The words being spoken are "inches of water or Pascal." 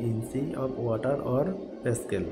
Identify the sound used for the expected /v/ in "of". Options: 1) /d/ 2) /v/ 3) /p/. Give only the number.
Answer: 3